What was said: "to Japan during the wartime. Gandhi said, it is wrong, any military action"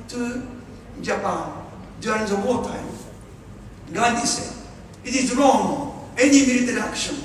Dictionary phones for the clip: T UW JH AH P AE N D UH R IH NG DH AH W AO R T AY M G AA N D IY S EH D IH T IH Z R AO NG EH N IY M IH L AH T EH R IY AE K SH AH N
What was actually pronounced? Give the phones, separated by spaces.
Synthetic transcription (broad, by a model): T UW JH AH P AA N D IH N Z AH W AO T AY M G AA D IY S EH IH T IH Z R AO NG EH N IY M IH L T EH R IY K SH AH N